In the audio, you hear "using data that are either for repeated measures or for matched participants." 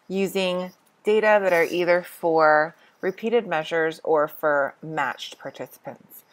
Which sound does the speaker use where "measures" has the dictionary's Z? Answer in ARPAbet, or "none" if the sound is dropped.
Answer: Z